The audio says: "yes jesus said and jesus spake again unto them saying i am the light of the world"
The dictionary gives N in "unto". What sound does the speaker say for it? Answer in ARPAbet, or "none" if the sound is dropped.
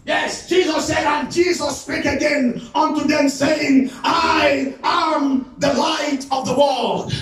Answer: N